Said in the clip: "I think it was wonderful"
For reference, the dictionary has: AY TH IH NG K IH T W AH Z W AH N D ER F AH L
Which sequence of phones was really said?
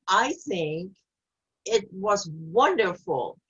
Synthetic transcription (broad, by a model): AY TH IH NG K IH T W AH Z W AH N D ER F L